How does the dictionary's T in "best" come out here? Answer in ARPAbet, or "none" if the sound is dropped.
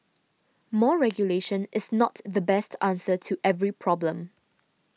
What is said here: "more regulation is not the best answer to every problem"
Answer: T